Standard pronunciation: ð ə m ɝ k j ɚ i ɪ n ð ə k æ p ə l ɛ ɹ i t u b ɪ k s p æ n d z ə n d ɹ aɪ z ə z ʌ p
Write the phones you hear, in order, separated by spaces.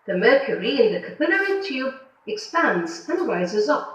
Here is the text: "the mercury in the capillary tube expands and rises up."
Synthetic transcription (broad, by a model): ð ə m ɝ k j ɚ i ɪ n ð ə k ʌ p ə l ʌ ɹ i t u b ɪ k s p æ n d z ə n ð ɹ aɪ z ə z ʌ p